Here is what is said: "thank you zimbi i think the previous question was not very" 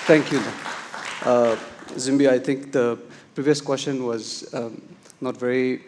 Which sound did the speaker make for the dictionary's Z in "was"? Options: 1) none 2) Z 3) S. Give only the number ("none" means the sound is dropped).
2